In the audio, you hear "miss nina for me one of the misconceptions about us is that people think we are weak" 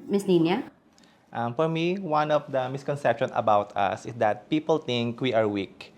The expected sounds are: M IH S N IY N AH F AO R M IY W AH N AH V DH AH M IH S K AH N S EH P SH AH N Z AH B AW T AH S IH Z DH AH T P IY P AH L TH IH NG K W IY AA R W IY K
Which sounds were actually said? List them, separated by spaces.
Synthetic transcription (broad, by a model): M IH S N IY N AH F AO R M IY W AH N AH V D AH M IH S K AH N S EH P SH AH N AH B AW T AH S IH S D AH T P IY P AH L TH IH NG K W IY AA R W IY K